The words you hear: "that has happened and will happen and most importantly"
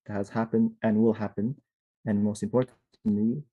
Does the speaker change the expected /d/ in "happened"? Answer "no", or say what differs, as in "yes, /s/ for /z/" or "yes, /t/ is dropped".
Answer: no